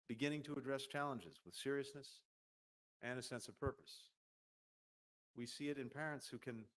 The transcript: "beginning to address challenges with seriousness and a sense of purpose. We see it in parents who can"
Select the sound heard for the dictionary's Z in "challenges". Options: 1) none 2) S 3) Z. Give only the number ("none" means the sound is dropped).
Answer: 3